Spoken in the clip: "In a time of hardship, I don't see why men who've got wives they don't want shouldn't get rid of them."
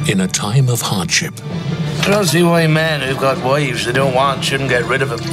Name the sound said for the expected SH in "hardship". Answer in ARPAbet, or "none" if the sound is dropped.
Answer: SH